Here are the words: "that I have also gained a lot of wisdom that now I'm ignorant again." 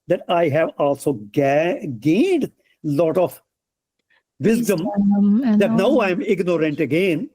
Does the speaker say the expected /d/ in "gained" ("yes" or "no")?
yes